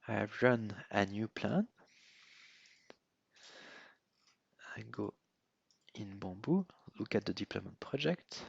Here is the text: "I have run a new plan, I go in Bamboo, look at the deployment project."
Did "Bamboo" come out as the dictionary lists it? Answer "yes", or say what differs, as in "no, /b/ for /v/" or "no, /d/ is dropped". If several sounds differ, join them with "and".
no, /m/ is dropped